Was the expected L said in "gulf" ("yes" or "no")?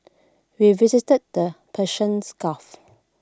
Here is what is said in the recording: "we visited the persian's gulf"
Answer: no